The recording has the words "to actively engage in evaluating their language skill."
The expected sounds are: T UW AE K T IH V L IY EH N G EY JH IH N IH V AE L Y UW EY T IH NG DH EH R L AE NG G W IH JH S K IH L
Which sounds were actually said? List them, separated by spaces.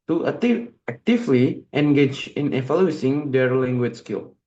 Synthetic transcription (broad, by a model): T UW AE K T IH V L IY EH N G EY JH IH N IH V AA L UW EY S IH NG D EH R L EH NG G W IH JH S K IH L